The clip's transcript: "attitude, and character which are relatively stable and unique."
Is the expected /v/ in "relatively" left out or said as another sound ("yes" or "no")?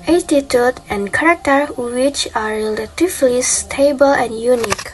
yes